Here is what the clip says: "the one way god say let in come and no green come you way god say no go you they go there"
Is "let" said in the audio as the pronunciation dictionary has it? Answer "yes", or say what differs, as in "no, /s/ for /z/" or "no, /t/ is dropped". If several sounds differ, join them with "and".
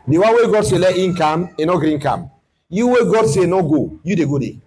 yes